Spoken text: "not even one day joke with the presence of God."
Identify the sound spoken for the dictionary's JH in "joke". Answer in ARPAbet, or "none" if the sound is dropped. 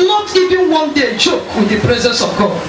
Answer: CH